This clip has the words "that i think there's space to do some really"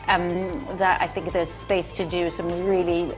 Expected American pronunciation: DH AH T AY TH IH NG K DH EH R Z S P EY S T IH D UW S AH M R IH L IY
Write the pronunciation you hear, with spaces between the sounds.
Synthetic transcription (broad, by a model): DH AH T AY TH IH NG K DH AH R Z S P EY S T IH D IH S AH M R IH L IY